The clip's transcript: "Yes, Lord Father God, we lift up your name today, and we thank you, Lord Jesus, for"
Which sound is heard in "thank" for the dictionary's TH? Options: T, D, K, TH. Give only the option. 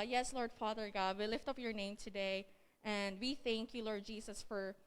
TH